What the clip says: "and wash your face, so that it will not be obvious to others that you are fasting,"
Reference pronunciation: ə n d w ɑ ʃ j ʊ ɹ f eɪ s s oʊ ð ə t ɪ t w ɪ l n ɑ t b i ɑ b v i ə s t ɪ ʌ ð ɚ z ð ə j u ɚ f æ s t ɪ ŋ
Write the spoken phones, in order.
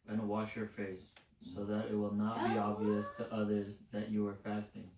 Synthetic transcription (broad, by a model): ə n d w ɑ ʃ j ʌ ɹ f eɪ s s oʊ ð ə t ɪ t w ɪ l n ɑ t b i ɑ b v i ə s t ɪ ʌ ð ɚ z ð ə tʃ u ɚ f æ s t ɪ ŋ